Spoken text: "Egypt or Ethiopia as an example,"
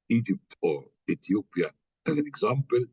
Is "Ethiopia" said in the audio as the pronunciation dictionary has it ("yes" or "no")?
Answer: no